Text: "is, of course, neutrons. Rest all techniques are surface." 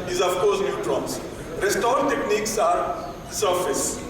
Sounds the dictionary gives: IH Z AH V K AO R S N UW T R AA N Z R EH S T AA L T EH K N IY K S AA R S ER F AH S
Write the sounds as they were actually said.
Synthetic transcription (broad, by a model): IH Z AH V K AO R S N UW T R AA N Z R EH S T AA N T EH K N IY K S AA R S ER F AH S